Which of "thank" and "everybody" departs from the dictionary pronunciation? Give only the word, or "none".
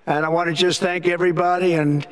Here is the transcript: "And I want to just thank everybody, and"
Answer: none